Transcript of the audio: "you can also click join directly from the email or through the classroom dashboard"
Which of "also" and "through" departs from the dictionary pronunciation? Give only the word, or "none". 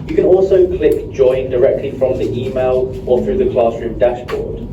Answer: none